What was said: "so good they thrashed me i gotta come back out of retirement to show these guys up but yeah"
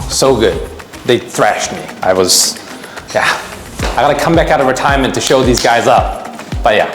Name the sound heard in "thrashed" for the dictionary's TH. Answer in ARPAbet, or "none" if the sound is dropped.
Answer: TH